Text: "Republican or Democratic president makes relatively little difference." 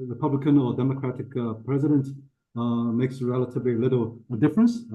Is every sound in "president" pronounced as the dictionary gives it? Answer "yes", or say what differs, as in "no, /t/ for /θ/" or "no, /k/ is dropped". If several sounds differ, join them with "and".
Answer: yes